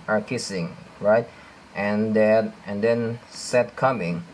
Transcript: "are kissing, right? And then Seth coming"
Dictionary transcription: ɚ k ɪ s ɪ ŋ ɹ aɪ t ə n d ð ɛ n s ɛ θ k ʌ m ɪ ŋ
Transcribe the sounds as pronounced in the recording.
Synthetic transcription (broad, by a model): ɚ k ɪ s ɪ ŋ ɹ aɪ t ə n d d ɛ n s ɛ t k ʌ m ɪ ŋ